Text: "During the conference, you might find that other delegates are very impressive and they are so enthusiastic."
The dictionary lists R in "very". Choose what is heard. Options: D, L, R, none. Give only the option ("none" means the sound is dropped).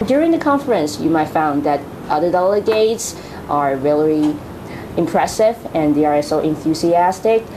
L